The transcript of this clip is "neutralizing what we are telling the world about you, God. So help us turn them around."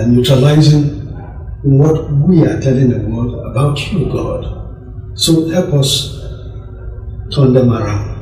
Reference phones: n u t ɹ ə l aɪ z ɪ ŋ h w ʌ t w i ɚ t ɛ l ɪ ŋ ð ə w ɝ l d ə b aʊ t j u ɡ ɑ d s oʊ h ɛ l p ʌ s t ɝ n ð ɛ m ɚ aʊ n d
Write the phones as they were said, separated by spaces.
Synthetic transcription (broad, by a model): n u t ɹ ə l aɪ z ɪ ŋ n w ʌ t w i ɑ t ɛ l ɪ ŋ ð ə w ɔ d ə b aʊ t j u ɡ ɑ d s oʊ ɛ p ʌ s t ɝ n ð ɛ m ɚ aʊ n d